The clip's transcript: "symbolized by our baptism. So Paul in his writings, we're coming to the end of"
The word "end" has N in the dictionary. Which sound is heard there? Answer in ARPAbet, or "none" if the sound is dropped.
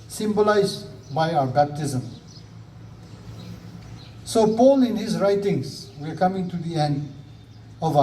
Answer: N